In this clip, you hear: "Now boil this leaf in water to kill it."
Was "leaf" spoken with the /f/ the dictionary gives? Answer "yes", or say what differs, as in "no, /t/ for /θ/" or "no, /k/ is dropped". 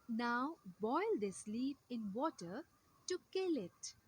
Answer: no, /p/ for /f/